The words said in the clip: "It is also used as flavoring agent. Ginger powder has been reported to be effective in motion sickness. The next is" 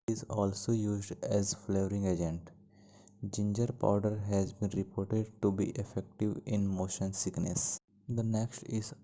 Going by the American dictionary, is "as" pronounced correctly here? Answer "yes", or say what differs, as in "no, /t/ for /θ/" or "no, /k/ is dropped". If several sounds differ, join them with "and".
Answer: yes